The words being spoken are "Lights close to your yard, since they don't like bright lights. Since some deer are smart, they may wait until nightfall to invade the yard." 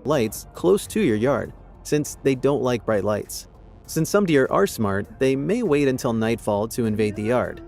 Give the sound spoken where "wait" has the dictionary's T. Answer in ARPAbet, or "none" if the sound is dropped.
T